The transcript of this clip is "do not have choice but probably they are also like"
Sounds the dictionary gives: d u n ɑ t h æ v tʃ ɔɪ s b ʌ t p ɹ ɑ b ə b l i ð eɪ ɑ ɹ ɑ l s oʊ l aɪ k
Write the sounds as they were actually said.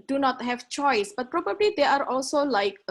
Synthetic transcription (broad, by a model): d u n ɑ t h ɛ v tʃ ɔɪ s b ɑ t p ɹ ɑ b ə b l i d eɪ ɑ ɹ ɑ l s oʊ l aɪ k